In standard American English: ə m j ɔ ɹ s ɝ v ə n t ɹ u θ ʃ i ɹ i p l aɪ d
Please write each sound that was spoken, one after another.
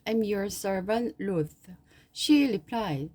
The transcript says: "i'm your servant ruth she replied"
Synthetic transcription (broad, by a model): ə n j ɔ ɹ s ɝ v ə n t l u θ ʃ i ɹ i p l aɪ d